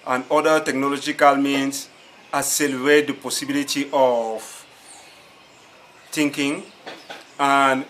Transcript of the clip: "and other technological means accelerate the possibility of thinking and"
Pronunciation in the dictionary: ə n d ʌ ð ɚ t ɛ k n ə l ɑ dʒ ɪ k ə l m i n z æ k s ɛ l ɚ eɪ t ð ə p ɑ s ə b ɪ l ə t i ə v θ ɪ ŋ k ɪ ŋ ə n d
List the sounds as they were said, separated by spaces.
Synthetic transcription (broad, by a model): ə n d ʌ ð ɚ t ɛ k n ə l ɑ dʒ ɪ k ə l m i n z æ s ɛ l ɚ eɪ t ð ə p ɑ s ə b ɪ l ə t i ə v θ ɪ ŋ k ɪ ŋ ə n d